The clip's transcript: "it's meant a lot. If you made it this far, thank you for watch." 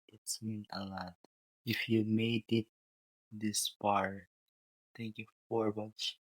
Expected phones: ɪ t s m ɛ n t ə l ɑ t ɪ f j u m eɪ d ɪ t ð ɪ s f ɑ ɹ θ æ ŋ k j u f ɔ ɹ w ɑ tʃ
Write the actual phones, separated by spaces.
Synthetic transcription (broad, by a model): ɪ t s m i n ə l ɑ t ɪ f j u m eɪ d ɪ t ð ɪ s p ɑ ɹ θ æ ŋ k j u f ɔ ɹ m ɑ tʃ